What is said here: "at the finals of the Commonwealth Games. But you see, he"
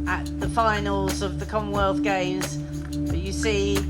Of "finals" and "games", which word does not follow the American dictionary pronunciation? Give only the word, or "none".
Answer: none